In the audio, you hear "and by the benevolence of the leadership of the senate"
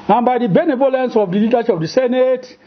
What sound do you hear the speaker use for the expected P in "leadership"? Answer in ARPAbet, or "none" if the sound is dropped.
none